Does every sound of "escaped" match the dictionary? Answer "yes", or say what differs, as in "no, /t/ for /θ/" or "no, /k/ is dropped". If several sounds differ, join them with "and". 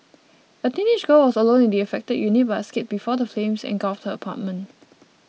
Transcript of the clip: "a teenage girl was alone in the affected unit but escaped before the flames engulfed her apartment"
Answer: no, /p/ is dropped